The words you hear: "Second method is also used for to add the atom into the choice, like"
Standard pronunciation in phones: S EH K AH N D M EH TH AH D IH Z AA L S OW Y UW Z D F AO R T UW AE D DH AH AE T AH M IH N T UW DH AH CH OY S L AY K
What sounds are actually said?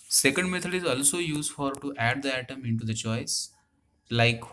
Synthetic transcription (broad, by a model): S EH K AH N D M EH T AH D IH Z AA L S OW Y UW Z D F AO R T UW AE D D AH AE T AH M IH N T UW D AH CH OY S L AY K